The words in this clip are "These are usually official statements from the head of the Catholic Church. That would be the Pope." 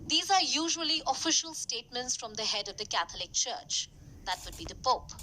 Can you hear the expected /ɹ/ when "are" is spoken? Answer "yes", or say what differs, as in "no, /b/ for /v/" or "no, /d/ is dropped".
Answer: yes